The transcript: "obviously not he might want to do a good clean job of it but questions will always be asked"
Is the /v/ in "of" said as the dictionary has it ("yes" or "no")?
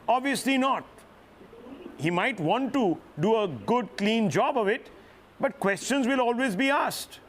yes